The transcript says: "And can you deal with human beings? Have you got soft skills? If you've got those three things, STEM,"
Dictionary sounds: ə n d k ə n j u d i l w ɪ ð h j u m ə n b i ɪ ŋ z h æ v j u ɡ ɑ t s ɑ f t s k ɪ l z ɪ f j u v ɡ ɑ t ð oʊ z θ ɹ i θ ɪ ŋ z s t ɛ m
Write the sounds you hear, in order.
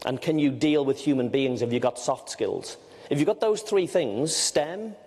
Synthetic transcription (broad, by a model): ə n k ə n j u d i l w ɪ ð h j u m ə n b i ɪ ŋ z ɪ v j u ɡ ɑ t s ɑ f t s k ɪ l z ɪ f j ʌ ɡ ɑ t ð oʊ z θ ɹ i θ ɪ ŋ z s t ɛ m